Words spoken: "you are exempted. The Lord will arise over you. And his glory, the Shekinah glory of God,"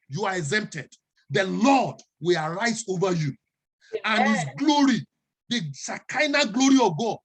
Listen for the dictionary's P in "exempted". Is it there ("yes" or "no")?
yes